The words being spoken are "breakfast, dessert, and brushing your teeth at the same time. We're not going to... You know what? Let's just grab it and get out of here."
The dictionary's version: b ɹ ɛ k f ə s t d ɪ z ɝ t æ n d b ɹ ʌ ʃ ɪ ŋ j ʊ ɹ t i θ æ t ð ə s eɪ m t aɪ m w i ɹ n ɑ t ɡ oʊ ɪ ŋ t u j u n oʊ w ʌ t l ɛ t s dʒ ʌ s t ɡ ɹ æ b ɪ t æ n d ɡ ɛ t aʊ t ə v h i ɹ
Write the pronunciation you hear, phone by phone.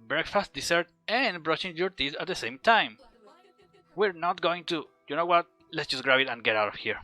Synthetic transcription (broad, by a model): b ɹ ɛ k f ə s t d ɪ s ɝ t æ n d b ɹ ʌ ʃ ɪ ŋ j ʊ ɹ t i s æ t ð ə s eɪ m t aɪ m w i ɹ n ɑ t ɡ oʊ ɪ ŋ t u j u n oʊ w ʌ t l ɛ t s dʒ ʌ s ɡ ɹ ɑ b ɪ t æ n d ɡ ɛ t aʊ t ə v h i ɹ